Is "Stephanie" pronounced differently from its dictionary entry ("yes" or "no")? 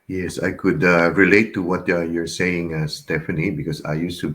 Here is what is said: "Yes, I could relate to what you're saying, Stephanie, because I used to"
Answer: yes